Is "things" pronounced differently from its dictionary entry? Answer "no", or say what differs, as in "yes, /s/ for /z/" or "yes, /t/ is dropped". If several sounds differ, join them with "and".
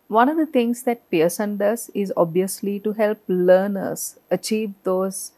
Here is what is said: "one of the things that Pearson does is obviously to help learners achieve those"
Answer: yes, /t/ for /θ/